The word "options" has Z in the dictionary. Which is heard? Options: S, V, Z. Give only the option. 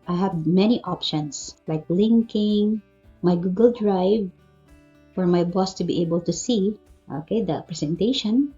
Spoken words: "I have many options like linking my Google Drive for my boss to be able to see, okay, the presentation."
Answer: S